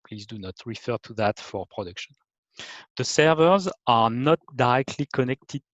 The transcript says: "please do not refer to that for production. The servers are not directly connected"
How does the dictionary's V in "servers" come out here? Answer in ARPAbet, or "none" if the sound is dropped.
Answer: V